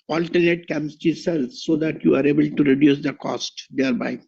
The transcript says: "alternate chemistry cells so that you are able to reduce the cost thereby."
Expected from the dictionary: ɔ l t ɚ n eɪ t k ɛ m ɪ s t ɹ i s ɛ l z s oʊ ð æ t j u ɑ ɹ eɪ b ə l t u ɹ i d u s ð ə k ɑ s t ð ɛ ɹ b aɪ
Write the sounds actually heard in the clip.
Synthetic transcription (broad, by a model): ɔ l t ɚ n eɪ t k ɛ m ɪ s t i s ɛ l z s oʊ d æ t j u ɑ ɹ eɪ b ə l t u ɹ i d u s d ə k ɑ s t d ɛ ɹ b aɪ